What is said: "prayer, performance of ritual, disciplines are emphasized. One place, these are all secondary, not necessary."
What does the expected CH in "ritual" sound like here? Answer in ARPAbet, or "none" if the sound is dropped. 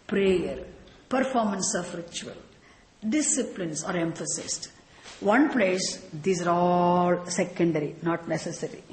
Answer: CH